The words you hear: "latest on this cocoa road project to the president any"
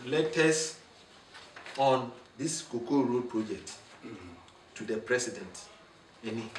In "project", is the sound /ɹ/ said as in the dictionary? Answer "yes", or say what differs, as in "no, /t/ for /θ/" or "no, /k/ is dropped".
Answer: yes